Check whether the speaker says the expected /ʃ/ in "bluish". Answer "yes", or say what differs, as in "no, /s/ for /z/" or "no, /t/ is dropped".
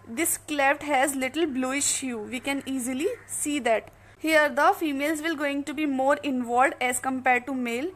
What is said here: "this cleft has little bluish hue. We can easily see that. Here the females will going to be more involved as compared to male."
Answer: yes